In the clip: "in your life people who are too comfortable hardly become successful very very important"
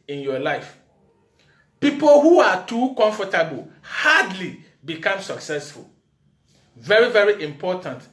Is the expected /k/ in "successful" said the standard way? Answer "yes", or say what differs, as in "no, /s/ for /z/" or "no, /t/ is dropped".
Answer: yes